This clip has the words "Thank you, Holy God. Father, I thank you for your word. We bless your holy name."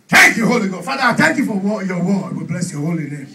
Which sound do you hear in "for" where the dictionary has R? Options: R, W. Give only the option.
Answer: W